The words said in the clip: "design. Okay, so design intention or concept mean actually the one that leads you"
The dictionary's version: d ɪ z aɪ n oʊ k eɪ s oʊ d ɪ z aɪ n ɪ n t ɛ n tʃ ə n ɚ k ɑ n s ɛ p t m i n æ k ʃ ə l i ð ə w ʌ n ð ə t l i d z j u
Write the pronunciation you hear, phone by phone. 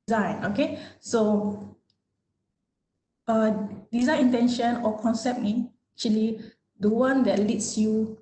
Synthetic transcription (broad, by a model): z aɪ n oʊ k eɪ s oʊ d ɪ z aɪ n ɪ n t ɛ n ʃ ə n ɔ k ɑ n s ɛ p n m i æ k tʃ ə l i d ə w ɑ n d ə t l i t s j u